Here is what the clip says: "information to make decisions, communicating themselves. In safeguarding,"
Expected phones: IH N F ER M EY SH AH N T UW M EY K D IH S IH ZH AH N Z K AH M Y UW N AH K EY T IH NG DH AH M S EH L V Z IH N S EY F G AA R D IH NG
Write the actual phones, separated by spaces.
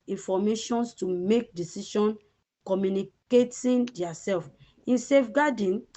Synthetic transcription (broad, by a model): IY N F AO M EY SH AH N T UW M EY K D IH S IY SH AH N K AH M Y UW N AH K EY T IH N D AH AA S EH L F IH N S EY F G AA D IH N